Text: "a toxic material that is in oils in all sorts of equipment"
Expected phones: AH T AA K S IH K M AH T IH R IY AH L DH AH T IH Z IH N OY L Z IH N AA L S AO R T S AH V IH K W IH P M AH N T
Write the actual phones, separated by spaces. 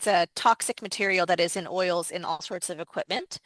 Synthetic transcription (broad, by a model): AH T AA K S IH K M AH T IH R IY L DH AH T IH Z IH N OY L Z IH N AA L S AO R T S AH V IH K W IH P M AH N T